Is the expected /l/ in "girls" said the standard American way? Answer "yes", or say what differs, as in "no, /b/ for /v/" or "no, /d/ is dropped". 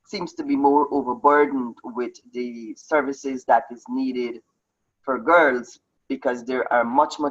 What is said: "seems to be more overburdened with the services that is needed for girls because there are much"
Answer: yes